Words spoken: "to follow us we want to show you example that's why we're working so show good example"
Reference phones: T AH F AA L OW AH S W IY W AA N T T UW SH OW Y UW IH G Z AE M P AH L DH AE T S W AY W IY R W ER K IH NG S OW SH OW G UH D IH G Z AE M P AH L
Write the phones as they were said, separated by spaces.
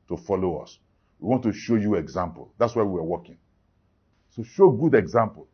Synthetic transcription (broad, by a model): T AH F AA L OW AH S W IY W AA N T T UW SH OW Y UW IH G Z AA M P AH L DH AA T S W AY W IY W W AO K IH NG S OW SH OW G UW D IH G Z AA M P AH L